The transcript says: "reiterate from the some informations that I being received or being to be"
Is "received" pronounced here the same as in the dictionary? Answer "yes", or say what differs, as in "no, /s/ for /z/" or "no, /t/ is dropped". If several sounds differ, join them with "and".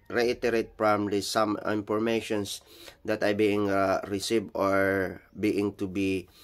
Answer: no, /d/ is dropped